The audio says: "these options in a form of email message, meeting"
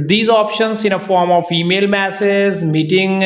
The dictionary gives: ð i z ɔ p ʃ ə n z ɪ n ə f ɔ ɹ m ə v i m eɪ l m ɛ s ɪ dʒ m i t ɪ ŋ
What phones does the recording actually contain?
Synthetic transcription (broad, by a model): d i z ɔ p ʃ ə n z ɪ n ə f ɔ ɹ m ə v i m eɪ l m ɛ s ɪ z m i t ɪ ŋ